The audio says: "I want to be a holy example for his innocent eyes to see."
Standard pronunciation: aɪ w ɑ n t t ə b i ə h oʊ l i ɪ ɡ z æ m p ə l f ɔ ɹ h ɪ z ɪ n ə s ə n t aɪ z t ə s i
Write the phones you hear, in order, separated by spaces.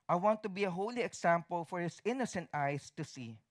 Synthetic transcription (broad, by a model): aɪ w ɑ n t t ə b i ə h oʊ l i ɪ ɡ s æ m p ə l f ɔ ɹ h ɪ s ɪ n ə s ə n t aɪ s t ə s i